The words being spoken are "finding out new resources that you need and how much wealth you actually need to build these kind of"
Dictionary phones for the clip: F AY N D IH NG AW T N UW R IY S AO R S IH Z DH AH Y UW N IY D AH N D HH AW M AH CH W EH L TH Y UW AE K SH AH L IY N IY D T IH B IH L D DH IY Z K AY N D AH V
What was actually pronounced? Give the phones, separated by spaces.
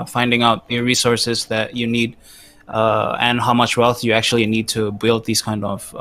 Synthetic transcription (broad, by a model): F AY N D IH NG AW T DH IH R IY S AO R S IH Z DH AH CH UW N IY D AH N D HH AW M AH CH W EH L TH Y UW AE K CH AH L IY N IY D T IH B IH L D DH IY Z K AY N D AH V